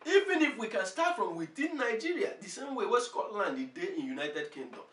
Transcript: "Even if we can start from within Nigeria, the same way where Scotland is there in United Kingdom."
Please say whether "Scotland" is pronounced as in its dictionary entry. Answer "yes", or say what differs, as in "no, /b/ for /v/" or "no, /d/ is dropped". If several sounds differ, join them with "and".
yes